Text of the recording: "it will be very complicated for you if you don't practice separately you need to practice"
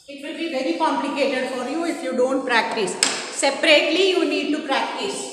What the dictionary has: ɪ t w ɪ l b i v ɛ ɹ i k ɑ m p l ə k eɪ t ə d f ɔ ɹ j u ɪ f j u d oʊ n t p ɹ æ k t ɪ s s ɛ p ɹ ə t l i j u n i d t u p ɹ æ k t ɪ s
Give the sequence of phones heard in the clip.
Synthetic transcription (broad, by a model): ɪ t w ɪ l b i v ɛ ɹ i k ɑ m p l ə k eɪ t ə d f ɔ ɹ j u ɪ f j u d oʊ n t p ɹ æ k t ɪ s s ɛ p ɹ ə t l i j u n i d t u p ɹ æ k t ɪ s